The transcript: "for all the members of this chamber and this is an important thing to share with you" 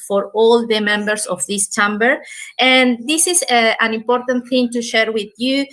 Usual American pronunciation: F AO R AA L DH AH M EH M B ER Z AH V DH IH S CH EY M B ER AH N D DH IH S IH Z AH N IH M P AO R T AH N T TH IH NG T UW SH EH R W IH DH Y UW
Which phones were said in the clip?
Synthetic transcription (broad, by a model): F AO R AA L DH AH M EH M B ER S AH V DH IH S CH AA M B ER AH N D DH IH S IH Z AH N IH M P AO R T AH N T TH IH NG T UW SH EH R W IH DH Y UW